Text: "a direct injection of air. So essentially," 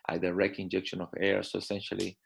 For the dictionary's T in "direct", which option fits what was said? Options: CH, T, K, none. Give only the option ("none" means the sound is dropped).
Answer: none